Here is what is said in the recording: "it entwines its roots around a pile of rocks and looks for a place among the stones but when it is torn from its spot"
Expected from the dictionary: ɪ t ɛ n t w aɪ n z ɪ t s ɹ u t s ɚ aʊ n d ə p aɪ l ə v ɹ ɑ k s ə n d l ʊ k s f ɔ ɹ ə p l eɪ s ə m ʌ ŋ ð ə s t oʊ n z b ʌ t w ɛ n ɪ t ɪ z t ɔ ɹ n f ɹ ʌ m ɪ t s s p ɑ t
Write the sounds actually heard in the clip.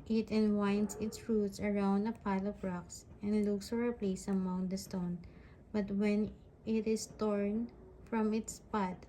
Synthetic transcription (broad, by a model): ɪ t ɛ n w aɪ n s ɪ t s ɹ u t s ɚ aʊ n d ə p aɪ l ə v ɹ ɑ k s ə n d l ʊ k s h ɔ ɹ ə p l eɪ s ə m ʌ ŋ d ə s t oʊ n b ʌ t w ɛ n ɪ t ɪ s t ɔ ɹ n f ɹ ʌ m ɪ t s s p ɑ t